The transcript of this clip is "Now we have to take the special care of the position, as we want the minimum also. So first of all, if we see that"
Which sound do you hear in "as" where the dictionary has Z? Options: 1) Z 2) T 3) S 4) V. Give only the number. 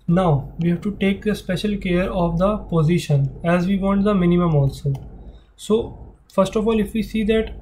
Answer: 1